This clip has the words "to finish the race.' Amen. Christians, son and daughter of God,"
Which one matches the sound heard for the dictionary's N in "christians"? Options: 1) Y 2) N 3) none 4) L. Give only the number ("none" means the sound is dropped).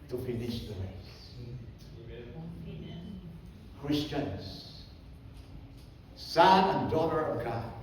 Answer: 2